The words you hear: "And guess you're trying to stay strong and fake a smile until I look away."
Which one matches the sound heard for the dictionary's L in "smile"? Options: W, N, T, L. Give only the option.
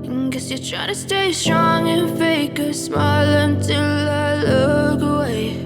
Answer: L